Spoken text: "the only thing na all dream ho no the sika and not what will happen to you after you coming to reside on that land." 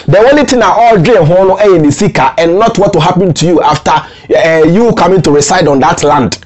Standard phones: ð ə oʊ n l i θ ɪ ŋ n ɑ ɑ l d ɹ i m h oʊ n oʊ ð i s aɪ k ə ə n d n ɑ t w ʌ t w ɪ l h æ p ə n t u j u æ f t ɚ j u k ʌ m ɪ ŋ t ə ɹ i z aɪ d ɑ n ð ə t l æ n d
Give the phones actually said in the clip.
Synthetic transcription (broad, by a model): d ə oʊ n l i t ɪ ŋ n ɑ ɑ l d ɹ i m h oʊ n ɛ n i s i k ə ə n n ɑ t w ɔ t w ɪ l h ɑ p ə n t u j u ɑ f t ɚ j u k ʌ m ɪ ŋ t ə ɹ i s aɪ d ɑ n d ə t l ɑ n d